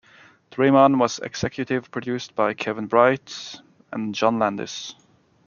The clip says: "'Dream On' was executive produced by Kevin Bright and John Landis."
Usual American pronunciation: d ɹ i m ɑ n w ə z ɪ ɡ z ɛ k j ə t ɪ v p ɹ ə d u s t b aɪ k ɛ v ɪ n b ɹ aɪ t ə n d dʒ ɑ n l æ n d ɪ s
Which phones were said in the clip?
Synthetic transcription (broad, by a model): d ɹ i m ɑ n w ə z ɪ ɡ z ɛ k j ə t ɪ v p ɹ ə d u s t b aɪ k ɛ v ɪ n b ɹ aɪ t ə n dʒ ɑ n l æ n d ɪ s